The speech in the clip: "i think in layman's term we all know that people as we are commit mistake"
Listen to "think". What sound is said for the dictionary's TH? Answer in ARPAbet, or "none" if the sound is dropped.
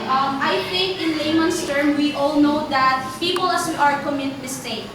T